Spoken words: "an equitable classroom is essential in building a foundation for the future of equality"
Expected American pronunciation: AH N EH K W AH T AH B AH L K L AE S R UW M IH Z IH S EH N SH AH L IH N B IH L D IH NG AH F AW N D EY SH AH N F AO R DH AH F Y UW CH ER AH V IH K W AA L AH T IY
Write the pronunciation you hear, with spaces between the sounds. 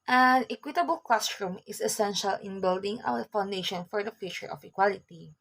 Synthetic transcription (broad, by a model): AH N EH K W AH T AH B AH L K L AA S R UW M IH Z IH S EH N SH AH L IH N B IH L D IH NG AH F AW N D EY SH AH N F AO R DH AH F Y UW CH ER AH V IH K W AA L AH T IY